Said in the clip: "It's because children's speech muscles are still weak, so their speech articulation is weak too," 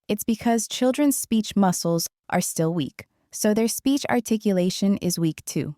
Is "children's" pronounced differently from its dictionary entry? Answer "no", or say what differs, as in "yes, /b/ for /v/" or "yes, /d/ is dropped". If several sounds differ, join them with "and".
no